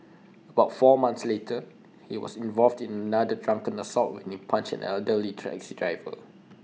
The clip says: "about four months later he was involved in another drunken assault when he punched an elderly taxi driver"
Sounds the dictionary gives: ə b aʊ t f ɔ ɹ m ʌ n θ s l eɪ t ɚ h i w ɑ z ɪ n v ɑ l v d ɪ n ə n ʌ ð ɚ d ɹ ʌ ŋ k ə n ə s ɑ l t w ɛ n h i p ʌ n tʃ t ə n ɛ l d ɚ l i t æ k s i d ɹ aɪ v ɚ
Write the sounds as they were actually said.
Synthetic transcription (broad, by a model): ə b aʊ t f ɔ m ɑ n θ s l eɪ t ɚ h i w ɑ s ɪ n v ɑ l v d ɪ n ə n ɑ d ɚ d ɹ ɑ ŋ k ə n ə s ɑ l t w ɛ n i p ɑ n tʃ ə n ɛ l d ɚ l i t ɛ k s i d ɹ aɪ v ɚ